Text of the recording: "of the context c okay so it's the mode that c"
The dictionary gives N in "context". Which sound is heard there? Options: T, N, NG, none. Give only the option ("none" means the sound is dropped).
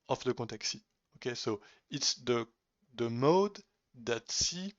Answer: none